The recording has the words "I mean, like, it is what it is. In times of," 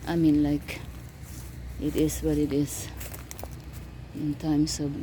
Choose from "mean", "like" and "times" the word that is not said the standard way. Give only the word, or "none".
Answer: times